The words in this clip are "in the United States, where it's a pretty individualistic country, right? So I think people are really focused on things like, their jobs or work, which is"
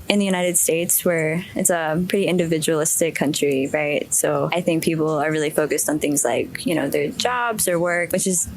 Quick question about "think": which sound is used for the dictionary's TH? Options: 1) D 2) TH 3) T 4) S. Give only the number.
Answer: 2